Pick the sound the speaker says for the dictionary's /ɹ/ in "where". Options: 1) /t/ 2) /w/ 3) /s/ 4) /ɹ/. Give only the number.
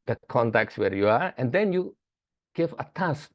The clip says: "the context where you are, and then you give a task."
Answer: 4